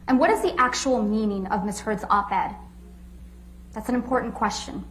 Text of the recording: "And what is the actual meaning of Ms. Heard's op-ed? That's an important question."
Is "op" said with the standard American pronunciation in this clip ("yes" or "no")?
no